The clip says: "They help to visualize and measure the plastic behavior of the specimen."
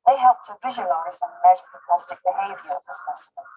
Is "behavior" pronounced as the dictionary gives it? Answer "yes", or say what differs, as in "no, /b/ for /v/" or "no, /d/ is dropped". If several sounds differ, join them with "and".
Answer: yes